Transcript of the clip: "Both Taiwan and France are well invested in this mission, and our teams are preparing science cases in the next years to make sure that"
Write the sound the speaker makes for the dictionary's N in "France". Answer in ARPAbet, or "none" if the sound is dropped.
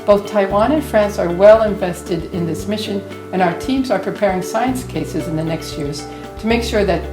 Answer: N